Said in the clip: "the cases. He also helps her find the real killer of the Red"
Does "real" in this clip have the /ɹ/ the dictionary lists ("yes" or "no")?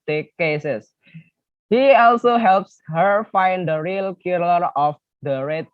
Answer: yes